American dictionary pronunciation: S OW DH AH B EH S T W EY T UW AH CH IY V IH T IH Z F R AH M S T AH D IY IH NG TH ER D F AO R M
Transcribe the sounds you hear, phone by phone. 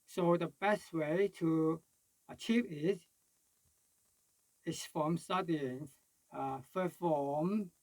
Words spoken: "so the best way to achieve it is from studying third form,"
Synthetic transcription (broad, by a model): S OW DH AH B EH S T W EY T UW AH CH IY V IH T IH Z F R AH M S T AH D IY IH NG F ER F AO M